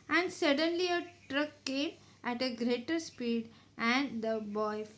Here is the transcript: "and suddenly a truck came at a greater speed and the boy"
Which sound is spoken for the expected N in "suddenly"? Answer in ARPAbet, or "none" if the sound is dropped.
N